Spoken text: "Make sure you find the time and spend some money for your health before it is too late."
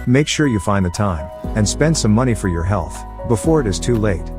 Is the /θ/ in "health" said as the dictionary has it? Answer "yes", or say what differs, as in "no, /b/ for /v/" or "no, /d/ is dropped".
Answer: yes